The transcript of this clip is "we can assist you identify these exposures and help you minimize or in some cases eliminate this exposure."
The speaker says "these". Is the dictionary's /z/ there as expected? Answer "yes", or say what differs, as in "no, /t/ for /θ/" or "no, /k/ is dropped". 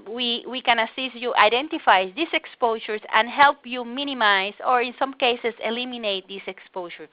no, /s/ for /z/